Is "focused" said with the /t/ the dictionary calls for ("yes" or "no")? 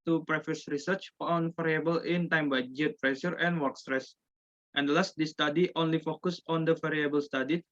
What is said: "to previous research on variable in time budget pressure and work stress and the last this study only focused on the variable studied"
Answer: no